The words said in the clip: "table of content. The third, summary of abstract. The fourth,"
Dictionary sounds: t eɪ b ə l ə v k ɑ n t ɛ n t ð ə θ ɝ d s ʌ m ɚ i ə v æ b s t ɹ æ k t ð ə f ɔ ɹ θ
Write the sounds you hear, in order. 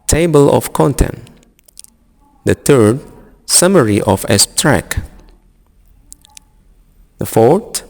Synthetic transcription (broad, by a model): t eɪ b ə l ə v k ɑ n t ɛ n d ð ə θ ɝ d s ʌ m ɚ i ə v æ s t ɹ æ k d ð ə f ɔ ɹ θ